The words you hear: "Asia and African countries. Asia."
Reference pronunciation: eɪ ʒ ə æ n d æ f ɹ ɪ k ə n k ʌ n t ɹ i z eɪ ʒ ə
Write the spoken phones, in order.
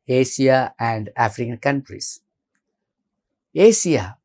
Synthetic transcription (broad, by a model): eɪ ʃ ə æ n d æ f ɹ ɪ k ə n k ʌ n t ɹ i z eɪ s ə